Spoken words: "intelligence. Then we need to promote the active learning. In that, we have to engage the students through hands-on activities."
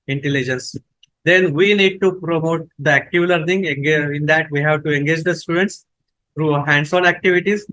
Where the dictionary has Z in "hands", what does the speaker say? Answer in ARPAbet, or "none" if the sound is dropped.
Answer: S